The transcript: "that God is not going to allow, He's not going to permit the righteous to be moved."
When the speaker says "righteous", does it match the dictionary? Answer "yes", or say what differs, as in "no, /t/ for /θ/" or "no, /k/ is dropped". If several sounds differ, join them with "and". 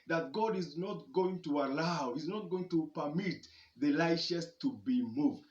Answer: no, /l/ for /ɹ/ and /ʃ/ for /tʃ/